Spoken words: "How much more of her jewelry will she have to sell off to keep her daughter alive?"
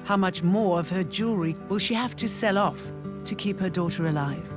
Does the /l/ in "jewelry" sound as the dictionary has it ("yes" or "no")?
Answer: no